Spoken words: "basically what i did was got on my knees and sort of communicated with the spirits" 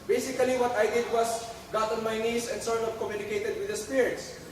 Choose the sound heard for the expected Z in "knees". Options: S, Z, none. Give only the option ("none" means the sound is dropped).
S